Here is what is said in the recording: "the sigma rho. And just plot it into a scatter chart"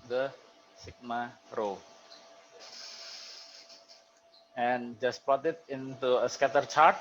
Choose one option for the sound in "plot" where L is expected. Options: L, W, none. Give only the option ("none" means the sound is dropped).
none